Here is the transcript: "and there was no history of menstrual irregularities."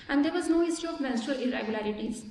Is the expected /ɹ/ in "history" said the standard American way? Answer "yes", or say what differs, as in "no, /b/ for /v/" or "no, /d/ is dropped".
no, /ɹ/ is dropped